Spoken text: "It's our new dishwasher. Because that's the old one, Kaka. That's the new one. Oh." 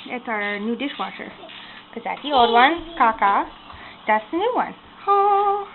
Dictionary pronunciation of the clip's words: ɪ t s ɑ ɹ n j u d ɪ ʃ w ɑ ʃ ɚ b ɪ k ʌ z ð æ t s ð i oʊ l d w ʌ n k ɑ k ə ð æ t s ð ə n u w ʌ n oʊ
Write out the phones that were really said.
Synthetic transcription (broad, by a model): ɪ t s ɑ ɹ n j u d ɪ ʃ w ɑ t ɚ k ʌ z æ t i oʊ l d w ʌ n k ɑ k ə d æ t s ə n u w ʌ n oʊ